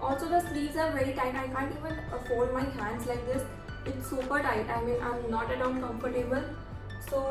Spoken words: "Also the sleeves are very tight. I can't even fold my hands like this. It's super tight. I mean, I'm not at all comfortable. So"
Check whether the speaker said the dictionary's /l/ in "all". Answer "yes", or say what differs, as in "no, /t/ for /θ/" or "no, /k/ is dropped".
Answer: no, /n/ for /l/